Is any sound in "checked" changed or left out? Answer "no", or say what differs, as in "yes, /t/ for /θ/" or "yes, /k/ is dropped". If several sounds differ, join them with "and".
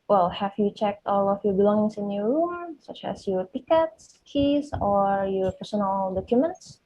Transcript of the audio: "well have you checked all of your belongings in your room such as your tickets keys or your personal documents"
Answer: no